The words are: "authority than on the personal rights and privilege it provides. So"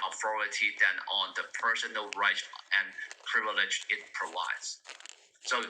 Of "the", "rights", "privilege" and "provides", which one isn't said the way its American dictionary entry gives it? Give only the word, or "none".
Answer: rights